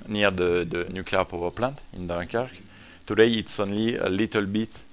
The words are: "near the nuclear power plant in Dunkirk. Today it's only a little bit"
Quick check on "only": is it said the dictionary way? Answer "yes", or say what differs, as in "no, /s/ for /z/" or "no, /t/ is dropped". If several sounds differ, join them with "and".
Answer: yes